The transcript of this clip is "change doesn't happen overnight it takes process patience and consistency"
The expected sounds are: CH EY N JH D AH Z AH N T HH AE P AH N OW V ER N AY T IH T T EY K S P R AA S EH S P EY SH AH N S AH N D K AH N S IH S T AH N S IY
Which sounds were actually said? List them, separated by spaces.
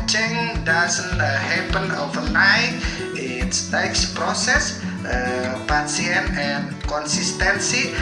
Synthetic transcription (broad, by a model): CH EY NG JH D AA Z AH N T HH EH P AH N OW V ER N AY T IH T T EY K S P R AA S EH S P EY S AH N AH N K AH N S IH S T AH N S IY